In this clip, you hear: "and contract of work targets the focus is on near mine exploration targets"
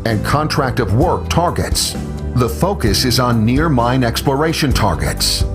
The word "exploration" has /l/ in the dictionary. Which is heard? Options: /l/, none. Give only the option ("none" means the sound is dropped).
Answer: /l/